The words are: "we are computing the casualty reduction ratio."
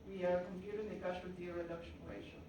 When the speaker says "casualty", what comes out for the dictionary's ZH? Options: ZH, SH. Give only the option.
SH